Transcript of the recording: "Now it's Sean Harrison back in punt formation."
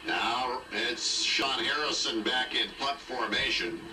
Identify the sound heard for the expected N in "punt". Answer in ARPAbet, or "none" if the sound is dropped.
none